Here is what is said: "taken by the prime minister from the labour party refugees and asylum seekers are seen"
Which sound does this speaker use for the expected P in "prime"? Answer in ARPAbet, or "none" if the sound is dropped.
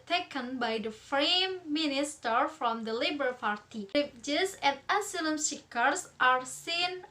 F